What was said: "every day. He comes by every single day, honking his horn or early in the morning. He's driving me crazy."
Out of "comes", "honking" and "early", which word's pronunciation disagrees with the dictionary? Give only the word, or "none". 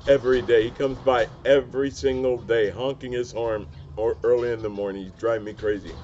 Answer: none